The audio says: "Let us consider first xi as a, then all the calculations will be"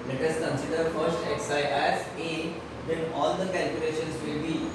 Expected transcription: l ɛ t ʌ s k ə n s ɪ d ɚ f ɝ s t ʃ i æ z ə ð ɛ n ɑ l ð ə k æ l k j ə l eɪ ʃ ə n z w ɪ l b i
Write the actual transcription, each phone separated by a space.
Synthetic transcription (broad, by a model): l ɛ t ʌ s k ə n s ɪ d ɚ f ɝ s t s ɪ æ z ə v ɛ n ɑ l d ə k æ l k j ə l eɪ ʃ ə n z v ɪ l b i